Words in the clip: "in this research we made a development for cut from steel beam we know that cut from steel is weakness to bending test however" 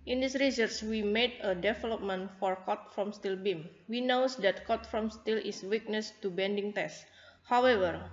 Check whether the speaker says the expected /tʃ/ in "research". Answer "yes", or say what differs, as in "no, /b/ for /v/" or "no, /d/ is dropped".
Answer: no, /s/ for /tʃ/